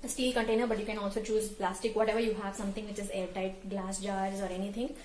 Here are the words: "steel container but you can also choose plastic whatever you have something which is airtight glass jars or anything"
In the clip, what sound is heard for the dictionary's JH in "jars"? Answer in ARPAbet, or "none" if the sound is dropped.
JH